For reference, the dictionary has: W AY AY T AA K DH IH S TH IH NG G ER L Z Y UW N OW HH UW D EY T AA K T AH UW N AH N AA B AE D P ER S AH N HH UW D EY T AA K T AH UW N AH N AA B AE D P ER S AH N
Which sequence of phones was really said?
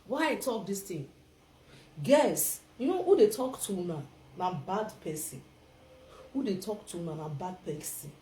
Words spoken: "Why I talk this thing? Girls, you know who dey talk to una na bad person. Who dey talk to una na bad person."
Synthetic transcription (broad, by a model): W AY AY T AA K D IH S T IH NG G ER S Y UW N OW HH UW D EY T AA K T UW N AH N AA B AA D P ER S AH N HH UW D EY T AA K T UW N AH N AA B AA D P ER S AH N